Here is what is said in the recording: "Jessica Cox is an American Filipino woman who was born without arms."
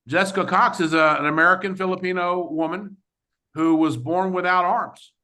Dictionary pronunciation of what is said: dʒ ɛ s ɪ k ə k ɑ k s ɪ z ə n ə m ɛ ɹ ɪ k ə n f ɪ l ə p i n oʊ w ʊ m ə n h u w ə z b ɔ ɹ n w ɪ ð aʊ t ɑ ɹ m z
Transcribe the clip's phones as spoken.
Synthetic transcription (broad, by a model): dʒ ɛ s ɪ k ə k ɑ k s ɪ z ə n ə m ɛ ɹ ɪ k ə n f ɪ l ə p i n oʊ w ʊ m ə n h u w ə z b ɔ ɹ n w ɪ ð aʊ t ɑ ɹ m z